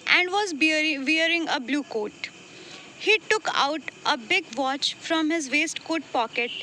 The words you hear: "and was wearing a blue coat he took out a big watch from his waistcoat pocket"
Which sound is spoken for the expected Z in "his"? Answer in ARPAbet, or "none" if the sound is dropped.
Z